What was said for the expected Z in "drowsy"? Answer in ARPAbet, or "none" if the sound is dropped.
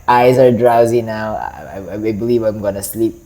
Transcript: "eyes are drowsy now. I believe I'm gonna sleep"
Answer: Z